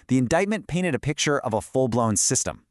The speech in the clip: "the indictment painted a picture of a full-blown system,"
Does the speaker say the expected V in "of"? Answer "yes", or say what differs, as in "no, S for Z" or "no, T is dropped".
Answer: yes